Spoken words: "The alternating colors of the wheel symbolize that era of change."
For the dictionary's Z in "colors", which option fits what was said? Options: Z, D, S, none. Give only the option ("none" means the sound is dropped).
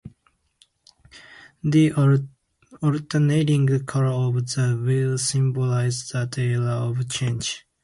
none